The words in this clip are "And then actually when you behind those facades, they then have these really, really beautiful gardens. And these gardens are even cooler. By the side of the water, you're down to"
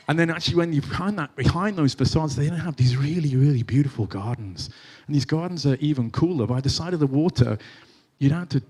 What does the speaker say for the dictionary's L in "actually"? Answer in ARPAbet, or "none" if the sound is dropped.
W